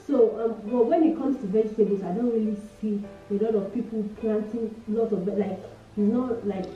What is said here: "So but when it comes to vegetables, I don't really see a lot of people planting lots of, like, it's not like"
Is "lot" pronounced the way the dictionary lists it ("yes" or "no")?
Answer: yes